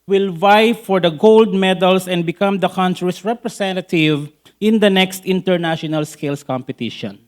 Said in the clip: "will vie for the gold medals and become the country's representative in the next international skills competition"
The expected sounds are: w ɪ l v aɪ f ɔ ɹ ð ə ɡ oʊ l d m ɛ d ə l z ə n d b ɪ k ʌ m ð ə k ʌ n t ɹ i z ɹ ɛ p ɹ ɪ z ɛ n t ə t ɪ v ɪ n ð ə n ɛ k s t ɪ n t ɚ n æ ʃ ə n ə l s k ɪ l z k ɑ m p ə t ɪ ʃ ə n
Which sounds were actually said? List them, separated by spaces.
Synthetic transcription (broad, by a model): w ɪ l v aɪ f ɔ ɹ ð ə ɡ oʊ l d m ɛ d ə l s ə n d b ɪ k ʌ m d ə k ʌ n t ɹ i s ɹ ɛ p ɹ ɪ s ɛ n t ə t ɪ v ɪ n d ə n ɛ k s t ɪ n t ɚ n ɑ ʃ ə n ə l s k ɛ l s k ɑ m p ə t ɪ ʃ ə n